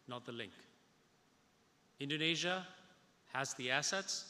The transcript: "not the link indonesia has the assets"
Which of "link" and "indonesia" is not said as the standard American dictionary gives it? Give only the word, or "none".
none